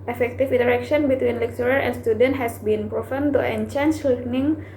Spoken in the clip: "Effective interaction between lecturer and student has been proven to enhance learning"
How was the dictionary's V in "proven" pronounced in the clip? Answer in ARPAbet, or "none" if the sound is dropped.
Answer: F